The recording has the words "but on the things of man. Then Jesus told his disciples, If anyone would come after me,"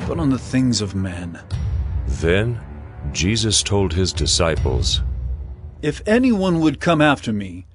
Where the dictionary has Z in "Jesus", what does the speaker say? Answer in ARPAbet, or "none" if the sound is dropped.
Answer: Z